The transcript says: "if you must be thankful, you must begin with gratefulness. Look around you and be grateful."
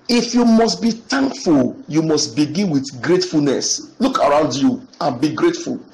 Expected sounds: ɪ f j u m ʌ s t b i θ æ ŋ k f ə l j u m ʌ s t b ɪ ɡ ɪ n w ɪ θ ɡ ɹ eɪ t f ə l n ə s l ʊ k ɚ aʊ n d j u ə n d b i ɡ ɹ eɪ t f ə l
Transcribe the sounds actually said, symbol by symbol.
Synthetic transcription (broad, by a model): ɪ f j u m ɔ s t b i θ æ ŋ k f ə l j u m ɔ s t b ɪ ɡ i n w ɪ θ ɡ ɹ eɪ t f ə l n ə s l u k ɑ aʊ n d j u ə n b i ɡ ɹ eɪ t f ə l